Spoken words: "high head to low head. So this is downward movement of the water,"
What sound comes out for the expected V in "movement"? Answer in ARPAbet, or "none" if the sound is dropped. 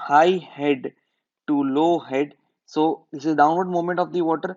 none